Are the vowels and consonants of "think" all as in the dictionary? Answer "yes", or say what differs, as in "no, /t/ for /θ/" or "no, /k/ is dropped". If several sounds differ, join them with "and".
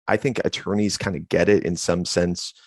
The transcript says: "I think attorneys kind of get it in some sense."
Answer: yes